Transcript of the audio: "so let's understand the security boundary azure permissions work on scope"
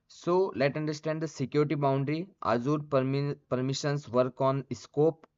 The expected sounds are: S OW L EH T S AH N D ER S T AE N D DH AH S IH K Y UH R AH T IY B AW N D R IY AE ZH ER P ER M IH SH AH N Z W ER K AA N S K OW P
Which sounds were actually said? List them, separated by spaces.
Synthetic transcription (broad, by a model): S OW L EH T AH N D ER S T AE N D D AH S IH K Y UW R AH T IY B AW N D R IY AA Z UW P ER M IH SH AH N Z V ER K AA N S K OW P